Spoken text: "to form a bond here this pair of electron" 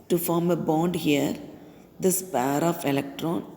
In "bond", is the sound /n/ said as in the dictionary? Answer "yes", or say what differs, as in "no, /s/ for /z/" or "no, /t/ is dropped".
yes